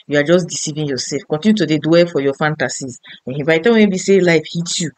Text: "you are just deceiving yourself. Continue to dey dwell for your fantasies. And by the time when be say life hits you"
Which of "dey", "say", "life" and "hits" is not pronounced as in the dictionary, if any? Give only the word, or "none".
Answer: hits